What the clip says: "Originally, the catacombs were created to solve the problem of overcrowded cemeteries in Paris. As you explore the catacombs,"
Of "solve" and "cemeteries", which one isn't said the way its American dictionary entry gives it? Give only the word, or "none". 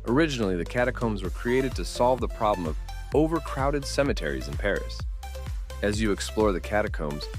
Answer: none